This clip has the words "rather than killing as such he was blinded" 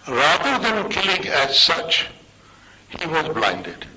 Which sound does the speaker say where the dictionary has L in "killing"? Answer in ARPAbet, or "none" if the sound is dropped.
L